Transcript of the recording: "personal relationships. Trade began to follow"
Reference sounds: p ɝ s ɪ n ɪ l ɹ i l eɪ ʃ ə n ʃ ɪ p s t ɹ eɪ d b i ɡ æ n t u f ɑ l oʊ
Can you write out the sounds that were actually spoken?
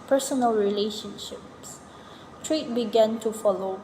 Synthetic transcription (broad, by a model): p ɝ s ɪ n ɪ l ɹ i l eɪ ʃ ə n ʃ ɪ p s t ɹ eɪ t b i ɡ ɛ n t u f ɑ l oʊ